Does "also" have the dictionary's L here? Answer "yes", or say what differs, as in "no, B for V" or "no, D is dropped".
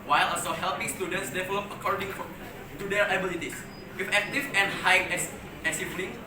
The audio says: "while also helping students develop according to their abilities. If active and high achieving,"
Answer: no, L is dropped